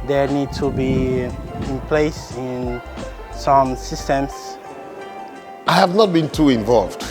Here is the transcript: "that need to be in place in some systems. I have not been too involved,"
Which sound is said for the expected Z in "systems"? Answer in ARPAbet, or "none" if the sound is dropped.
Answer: S